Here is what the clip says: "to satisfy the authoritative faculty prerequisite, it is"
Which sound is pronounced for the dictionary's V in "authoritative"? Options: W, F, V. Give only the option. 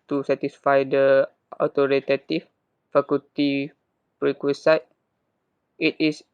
F